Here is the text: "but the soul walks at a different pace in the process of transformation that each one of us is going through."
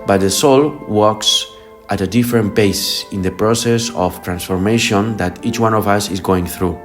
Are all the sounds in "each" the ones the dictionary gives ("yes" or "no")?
yes